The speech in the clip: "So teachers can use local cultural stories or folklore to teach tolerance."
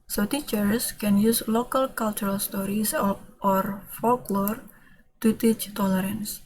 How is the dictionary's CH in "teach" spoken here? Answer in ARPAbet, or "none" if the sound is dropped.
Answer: CH